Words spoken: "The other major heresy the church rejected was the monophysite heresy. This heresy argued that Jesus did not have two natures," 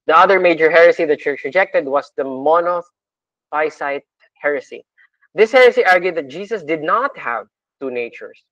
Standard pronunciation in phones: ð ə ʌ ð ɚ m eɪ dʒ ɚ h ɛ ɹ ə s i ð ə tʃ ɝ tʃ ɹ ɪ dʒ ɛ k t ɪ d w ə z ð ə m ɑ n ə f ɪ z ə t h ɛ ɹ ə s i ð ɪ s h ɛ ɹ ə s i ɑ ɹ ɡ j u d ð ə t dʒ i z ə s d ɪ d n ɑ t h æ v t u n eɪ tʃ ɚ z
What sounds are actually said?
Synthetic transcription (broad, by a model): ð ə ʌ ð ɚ m eɪ dʒ ɚ h ɛ ɹ ə s i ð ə tʃ ɝ tʃ ɹ ɪ dʒ ɛ k t ɪ d w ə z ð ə m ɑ n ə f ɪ s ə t h ɛ ɹ ə s i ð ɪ s h ɛ ɹ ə s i ɑ ɹ ɡ j u d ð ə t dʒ i s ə s d ɪ d n ɑ t h æ v t u n eɪ tʃ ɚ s